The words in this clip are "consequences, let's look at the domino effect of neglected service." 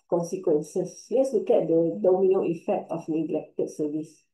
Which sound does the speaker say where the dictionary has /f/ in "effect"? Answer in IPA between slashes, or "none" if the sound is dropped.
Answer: /f/